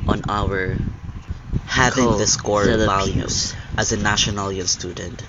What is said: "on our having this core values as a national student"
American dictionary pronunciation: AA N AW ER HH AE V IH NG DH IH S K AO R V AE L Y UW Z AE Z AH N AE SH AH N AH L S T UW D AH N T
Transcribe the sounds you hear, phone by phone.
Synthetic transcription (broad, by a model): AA N AW ER HH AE IH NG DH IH S K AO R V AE L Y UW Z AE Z AH N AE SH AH N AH L S T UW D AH N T